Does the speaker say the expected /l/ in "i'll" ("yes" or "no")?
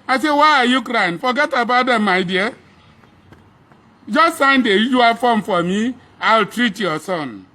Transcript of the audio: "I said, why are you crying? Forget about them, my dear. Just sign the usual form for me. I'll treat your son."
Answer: yes